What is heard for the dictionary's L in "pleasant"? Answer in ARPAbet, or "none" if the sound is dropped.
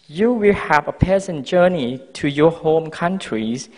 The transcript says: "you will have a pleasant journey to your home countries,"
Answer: none